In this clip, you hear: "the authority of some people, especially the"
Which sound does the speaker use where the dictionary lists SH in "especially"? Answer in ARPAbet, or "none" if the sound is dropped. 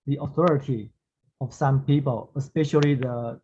SH